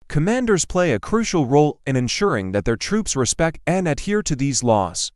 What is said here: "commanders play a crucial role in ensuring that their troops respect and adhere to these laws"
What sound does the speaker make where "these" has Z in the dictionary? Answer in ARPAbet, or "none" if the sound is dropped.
Z